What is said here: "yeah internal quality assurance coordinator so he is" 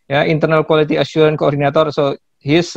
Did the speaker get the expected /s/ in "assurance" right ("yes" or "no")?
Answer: no